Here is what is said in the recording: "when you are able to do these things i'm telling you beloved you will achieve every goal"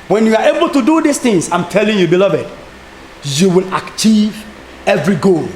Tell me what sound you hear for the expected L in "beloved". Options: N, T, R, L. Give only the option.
L